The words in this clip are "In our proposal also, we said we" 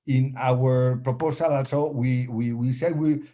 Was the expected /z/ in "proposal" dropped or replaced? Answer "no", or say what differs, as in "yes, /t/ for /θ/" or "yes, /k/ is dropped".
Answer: yes, /s/ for /z/